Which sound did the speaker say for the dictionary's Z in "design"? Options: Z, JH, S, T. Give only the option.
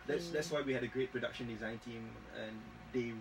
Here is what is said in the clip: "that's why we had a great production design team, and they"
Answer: Z